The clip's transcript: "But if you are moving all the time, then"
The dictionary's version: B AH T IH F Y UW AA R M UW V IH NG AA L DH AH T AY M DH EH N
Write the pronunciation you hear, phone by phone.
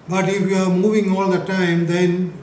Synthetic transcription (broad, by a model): B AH T IH F Y UW AA R M UW V IH NG AA L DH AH T AY M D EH N